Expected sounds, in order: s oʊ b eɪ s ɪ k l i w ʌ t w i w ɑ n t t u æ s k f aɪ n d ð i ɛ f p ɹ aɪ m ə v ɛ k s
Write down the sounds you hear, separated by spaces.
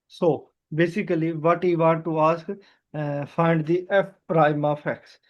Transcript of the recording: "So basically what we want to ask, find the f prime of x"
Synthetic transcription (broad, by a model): s oʊ b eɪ s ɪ k l i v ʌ t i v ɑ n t t u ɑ s k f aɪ n d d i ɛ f p ɹ aɪ m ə p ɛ k s